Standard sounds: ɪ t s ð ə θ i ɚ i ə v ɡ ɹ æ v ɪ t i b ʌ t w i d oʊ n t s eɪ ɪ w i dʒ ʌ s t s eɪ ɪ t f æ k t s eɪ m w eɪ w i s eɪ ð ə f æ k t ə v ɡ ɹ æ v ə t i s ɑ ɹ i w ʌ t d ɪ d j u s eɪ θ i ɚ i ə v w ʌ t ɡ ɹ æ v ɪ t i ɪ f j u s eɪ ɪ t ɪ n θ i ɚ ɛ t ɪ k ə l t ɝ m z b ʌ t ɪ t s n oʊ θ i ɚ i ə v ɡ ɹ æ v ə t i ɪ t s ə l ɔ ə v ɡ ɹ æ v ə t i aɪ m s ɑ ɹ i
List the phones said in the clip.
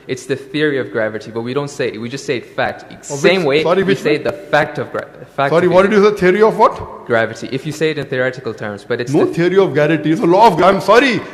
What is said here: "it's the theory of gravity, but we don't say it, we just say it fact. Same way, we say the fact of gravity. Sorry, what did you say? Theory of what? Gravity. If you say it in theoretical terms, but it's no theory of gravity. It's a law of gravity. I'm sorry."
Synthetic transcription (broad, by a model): ɪ t s ð ə θ i ɚ i ə v ɡ ɹ æ v ɪ t i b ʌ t w i d oʊ n t s eɪ ɪ w i dʒ ʌ s t s eɪ ɪ t f æ k t s eɪ m w eɪ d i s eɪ ð ə f æ k t ə v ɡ ɹ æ f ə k s ɑ ɹ i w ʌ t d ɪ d j u s eɪ t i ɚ i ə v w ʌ t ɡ ɹ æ v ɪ t i ɪ f j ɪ s eɪ ɪ t ɪ n θ i ɚ ɛ t ɪ k ə l t ɝ m z b ʌ t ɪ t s n oʊ t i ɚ i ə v ɡ æ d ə t i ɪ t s ə l ɔ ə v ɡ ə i m s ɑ ɹ i